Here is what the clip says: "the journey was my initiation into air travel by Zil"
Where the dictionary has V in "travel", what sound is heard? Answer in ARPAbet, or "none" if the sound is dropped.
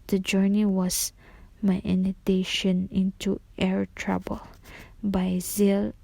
B